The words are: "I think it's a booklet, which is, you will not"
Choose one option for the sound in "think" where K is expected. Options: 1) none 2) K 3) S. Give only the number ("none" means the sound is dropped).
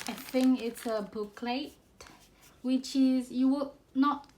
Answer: 1